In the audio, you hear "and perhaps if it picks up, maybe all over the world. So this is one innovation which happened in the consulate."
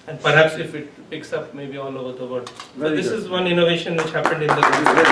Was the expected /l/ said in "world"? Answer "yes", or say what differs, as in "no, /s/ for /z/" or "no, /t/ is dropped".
no, /l/ is dropped